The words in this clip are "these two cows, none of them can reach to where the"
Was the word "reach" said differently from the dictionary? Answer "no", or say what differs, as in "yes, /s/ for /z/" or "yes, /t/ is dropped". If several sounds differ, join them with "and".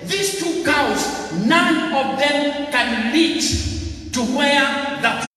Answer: yes, /l/ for /ɹ/